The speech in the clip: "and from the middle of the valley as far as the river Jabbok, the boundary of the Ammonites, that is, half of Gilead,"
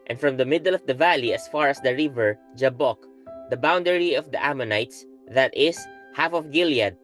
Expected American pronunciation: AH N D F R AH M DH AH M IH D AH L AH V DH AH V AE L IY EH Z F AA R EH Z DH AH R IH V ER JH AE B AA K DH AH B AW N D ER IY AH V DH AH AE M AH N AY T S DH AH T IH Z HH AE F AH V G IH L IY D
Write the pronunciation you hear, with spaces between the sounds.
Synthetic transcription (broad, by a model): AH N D F R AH M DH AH M IH D AH L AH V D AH V AE L IY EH S F AA R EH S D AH R IH V ER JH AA B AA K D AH B AW N D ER IY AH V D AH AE M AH N AY T S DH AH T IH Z HH AE F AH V G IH L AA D